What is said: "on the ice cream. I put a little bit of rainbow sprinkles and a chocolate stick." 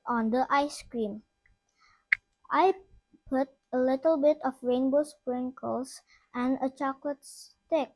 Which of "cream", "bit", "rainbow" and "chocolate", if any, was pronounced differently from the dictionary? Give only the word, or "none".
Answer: none